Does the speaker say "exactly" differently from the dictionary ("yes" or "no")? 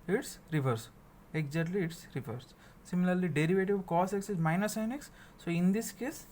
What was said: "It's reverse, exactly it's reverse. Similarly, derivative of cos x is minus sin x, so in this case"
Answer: yes